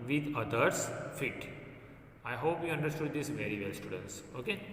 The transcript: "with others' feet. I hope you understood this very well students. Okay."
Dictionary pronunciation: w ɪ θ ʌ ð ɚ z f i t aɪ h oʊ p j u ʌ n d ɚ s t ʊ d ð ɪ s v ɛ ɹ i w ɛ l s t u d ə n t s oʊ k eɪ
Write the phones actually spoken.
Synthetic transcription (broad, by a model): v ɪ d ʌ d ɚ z f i t aɪ h oʊ p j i ʌ n d ɚ s t ʊ d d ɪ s v ɛ ɹ i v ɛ l s t u d ə n t s oʊ k eɪ